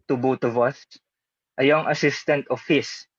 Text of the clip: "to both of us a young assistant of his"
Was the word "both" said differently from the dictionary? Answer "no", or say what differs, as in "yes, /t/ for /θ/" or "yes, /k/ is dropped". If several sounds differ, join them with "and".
yes, /t/ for /θ/